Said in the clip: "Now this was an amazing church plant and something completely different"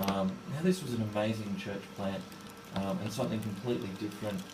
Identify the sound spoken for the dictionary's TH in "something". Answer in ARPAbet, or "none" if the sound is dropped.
TH